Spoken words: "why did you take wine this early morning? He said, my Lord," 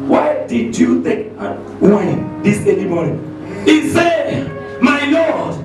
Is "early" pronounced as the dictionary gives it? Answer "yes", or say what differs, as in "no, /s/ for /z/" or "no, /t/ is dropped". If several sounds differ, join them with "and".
no, /n/ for /l/